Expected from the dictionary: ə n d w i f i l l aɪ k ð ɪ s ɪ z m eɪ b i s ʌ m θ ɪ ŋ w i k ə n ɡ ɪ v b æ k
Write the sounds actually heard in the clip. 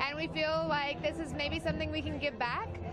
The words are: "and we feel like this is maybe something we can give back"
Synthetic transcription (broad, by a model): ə n w i f i l l aɪ k ð ɪ s ɪ z m eɪ b i s ʌ m θ ɪ ŋ w i k ə n ɡ ɪ v b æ k